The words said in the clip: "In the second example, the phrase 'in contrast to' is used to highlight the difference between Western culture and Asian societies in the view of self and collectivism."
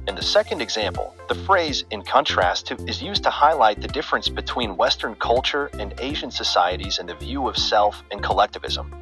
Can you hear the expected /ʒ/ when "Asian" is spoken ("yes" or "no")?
yes